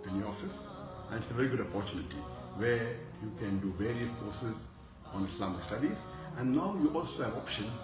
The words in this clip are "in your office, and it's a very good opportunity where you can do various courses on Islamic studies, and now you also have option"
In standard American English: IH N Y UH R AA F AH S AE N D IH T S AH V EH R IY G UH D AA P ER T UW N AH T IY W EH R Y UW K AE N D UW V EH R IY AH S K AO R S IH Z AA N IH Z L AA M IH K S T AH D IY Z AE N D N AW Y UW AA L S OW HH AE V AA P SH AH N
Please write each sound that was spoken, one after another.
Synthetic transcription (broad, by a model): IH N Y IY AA F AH S AE N D IH T S AH V EH R IY G UH D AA P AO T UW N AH T IY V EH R Y UW K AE N D UW V EH R IY AH S K AO R S IH Z AA N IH S L AA M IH K S T AH D IY Z AE N D N AW Y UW AA L S OW HH AE V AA P SH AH N